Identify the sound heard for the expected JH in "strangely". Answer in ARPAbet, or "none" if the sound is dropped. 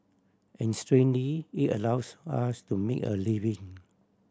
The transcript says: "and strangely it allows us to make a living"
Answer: none